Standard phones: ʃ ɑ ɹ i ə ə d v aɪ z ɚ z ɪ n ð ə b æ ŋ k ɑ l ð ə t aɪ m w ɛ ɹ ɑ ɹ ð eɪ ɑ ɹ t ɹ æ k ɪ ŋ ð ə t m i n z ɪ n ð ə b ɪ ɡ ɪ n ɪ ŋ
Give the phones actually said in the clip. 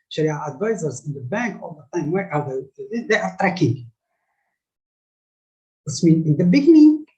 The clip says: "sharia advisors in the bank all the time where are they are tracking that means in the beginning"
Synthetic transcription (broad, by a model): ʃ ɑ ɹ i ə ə d v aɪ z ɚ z ɪ n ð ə b æ ŋ k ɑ l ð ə t aɪ m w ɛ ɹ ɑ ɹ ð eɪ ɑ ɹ t ɹ æ k ɪ ŋ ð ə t m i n ɪ n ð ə b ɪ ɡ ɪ n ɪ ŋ